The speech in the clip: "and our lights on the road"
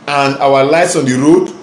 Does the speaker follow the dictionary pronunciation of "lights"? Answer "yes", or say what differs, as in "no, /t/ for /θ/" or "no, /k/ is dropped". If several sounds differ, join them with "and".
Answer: yes